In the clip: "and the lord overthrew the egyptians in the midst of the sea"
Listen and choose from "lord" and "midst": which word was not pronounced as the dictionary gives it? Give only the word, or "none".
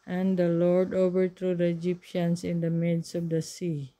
midst